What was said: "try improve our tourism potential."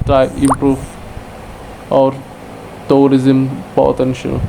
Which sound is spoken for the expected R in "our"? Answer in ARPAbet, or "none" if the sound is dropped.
R